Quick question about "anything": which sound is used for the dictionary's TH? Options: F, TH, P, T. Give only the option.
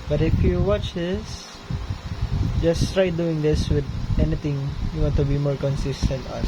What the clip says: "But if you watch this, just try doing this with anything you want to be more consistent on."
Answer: T